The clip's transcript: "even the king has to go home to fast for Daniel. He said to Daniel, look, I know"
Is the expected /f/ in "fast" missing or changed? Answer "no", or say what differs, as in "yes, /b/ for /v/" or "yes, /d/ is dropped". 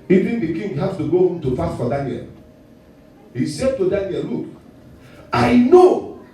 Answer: yes, /p/ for /f/